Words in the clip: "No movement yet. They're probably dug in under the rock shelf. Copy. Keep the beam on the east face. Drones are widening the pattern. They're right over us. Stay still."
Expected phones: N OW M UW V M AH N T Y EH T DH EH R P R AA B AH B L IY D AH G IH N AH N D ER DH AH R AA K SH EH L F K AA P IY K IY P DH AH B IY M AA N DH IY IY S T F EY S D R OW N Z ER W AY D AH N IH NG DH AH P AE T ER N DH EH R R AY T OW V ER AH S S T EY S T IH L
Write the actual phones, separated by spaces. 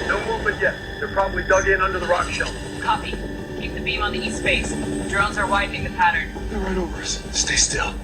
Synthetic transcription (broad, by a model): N OW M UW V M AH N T Y EH T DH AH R P R AA B AH B L IY D AH G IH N AH N D ER DH AH R AA K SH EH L K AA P IY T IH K DH AH B IY M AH N DH IY IY S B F EY S D R OW N Z ER W AY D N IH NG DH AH P AE T ER N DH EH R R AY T OW V ER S S T EY S T IH L